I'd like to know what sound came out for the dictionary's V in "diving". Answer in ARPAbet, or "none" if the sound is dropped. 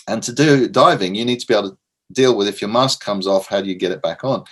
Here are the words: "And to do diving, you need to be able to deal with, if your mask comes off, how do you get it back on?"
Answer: V